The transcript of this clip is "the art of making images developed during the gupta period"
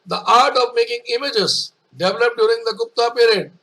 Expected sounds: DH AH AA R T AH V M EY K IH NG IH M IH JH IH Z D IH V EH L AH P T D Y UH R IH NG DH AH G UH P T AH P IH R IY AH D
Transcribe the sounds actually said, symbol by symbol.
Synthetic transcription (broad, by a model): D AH AA R T AH V M EY K IH NG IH M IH JH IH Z D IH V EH L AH P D Y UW R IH NG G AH G UH P T AH P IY R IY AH D